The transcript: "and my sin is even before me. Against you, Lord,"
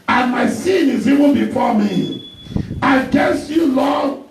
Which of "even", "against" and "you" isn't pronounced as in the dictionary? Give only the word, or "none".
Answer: against